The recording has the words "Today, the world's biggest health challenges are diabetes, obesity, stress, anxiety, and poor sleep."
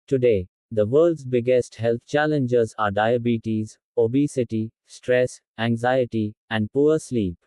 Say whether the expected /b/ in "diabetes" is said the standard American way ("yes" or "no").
yes